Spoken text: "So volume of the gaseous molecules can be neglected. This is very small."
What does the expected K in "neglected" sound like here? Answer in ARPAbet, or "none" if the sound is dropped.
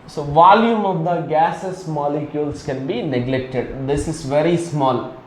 K